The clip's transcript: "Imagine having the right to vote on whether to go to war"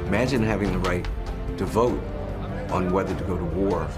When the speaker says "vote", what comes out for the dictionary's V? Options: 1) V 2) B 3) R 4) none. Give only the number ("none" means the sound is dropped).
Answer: 1